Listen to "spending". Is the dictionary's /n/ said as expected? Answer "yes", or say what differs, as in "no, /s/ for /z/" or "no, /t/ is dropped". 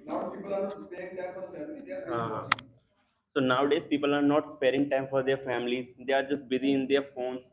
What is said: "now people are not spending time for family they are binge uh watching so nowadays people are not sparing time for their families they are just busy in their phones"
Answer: no, /n/ is dropped